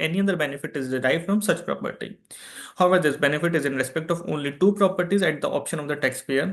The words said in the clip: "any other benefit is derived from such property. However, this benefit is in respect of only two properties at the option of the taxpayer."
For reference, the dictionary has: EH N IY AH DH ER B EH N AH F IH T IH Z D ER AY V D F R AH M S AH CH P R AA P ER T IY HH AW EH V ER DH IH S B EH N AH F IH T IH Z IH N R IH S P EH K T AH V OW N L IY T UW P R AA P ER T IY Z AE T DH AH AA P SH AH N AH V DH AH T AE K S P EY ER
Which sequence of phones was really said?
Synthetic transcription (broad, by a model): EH N IY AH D ER B EH N AH F IH T IH Z D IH AY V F R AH M S AH CH P R AA P ER T IY HH AW EH V ER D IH S B EH N AH F IH T IH Z IH N R IH S P EH K T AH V OW N L IY T UW P R AA P ER T IY Z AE T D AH AA P SH AH N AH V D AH T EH K S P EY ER